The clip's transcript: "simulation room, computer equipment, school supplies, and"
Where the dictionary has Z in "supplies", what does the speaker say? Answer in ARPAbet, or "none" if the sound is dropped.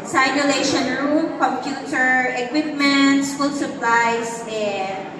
S